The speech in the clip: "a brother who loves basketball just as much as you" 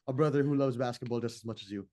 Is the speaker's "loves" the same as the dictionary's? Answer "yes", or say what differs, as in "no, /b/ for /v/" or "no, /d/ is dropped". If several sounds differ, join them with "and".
yes